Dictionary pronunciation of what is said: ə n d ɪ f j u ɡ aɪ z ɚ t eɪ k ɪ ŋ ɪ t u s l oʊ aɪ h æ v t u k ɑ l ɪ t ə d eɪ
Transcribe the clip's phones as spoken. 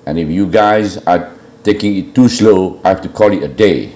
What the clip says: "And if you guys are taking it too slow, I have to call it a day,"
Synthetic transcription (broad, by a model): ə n ɪ f j u ɡ aɪ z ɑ t eɪ k ɪ ŋ ɪ t u s l oʊ aɪ h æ f t u k ɑ l ɪ t ə d eɪ